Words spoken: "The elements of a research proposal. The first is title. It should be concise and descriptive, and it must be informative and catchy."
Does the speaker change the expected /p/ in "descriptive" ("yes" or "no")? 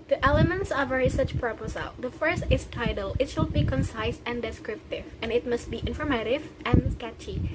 no